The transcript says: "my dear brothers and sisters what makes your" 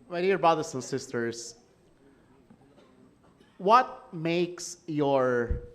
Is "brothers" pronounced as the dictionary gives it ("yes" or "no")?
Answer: no